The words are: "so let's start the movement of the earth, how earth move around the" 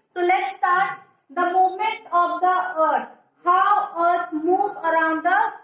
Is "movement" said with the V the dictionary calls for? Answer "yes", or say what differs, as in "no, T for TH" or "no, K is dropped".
no, V is dropped